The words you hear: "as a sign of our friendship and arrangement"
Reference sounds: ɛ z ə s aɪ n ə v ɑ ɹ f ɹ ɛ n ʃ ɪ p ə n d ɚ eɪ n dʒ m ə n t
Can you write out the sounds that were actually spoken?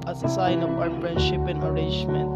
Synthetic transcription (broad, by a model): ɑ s ə s aɪ n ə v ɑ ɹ f ɹ ɛ n ʃ ɪ p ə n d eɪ n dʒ m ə n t